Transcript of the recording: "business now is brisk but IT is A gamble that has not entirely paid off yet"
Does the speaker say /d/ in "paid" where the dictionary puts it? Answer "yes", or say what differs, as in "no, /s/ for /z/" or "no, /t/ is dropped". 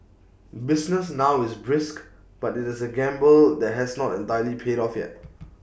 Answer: yes